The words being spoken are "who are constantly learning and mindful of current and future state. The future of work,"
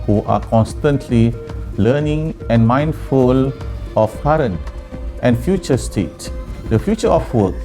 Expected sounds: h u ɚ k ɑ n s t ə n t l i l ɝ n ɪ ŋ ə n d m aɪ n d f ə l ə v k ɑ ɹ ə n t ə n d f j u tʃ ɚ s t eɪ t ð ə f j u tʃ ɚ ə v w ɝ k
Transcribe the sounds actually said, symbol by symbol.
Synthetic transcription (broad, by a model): h u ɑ k ɑ n s t ə n t l i l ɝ n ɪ ŋ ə n m aɪ n d f ə l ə f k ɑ ɹ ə n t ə n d f j u tʃ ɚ s t eɪ t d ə f j u tʃ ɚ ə f w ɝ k